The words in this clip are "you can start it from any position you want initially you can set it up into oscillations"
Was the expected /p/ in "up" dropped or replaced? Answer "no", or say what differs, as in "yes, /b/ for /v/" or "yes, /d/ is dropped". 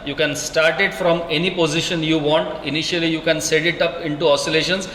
no